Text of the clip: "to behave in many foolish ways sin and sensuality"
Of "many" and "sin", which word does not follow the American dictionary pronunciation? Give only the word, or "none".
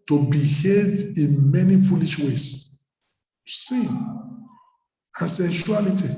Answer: sin